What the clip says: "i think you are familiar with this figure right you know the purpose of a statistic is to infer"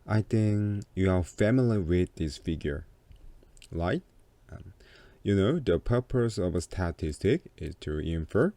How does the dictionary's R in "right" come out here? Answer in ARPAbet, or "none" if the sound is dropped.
L